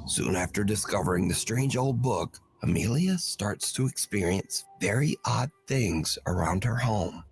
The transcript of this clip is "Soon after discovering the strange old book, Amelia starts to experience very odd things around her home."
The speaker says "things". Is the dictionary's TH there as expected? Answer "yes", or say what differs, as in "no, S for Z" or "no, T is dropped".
yes